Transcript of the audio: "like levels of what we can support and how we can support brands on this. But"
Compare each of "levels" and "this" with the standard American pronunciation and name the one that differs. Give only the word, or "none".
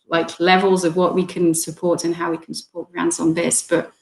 none